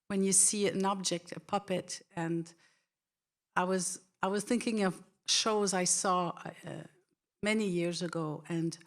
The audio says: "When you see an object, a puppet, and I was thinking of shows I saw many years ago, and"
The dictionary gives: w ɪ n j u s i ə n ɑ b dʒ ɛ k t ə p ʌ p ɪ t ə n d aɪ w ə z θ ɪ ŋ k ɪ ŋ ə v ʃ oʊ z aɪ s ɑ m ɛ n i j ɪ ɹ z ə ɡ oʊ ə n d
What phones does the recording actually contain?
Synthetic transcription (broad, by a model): w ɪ n j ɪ s i ə n ɑ b dʒ ɛ k t ə p ʌ p ɪ t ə n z aɪ w ə z θ ɪ ŋ k ɪ ŋ ə v ʃ oʊ z aɪ s ɑ m ɛ n i j ɪ ɹ z ə ɡ oʊ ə n